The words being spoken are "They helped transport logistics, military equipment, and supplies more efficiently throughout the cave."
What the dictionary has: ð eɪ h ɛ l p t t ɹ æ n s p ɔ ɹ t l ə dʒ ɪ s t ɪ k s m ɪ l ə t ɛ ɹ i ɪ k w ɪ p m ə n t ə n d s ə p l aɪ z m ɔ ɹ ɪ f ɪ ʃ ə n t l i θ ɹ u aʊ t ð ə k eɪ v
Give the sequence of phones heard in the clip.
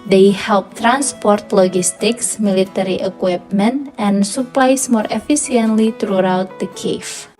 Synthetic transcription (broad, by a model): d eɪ h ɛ l p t t ɹ æ n s p ɔ ɹ t l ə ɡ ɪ s t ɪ k s m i l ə t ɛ ɹ i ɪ k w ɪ p m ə n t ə n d s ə p l aɪ s m ɔ ɹ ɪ f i s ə n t l i t ɹ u aʊ t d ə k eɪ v